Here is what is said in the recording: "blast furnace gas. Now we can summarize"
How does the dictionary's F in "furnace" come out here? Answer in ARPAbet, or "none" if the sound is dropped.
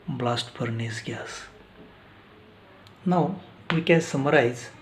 P